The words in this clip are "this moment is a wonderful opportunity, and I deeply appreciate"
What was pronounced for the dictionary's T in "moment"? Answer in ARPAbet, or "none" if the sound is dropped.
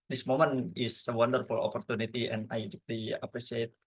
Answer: none